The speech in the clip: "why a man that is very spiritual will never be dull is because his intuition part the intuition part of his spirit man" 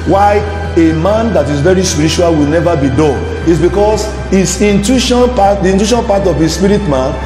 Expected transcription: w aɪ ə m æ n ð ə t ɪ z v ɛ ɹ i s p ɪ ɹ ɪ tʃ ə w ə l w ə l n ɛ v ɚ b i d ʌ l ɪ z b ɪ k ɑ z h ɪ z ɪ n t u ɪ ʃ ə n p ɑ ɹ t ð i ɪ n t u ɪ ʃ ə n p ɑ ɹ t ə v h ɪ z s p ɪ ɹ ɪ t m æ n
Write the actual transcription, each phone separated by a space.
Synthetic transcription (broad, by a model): w aɪ ə m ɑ n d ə t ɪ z v ɛ ɹ i s p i ɹ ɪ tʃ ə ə l w ə l n ɛ v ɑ b i d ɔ n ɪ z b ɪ k ɑ s h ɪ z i n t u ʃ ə n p ɑ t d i n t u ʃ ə n p ɑ t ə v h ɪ s p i ɹ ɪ t m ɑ n